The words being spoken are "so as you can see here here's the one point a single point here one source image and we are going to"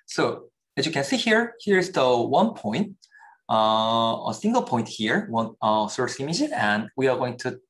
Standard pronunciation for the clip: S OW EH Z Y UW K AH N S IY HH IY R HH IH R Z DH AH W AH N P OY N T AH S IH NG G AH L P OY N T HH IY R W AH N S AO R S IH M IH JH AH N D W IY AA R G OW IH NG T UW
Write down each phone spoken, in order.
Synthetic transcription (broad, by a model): S OW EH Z Y UW K AH N S IY HH IY R HH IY R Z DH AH W AH N P OY N T AH S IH NG G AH L P OY N T HH IY R W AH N S AO R S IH M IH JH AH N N W IY AA R G OW IH NG T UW